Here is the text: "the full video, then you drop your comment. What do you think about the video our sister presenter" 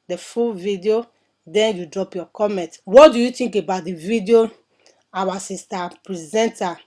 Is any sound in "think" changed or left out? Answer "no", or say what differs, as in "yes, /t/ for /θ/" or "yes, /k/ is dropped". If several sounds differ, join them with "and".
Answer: yes, /t/ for /θ/